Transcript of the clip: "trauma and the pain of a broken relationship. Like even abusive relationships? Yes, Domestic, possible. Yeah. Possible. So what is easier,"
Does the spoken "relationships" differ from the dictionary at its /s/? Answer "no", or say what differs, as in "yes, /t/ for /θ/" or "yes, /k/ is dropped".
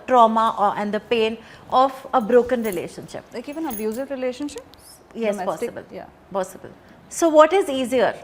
yes, /s/ is dropped